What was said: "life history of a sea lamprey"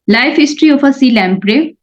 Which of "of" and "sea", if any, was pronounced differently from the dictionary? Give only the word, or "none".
of